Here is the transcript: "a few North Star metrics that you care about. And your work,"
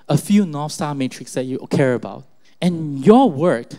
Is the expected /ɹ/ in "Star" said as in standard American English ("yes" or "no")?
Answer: no